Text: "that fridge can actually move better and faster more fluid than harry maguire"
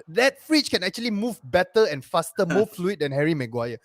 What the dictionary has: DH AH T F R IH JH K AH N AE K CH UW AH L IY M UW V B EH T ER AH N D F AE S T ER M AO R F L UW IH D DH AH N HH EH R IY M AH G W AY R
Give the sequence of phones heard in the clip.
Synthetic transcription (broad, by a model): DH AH T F R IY CH K AH N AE K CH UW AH L IY M UW V B EH T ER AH N F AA S T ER M AO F L UW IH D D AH N HH EH R IY M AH G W AY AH